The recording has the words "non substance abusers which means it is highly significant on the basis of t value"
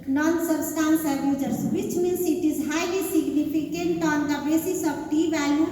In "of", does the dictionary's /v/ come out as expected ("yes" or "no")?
no